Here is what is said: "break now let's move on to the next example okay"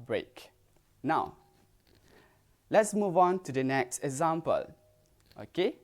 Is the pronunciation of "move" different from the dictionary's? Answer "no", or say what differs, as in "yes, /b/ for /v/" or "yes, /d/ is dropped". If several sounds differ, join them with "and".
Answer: no